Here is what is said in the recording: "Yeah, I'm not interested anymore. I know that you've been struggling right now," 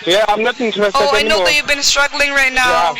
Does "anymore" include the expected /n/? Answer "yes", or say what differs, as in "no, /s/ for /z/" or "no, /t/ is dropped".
no, /n/ is dropped